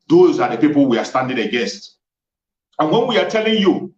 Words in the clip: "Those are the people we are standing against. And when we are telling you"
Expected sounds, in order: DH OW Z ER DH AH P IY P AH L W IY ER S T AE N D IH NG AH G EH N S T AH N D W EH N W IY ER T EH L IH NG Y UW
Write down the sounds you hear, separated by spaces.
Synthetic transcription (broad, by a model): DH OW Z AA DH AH P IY P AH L W IY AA S T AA N D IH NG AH G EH S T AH N W EH N W IY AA T EH L IH NG Y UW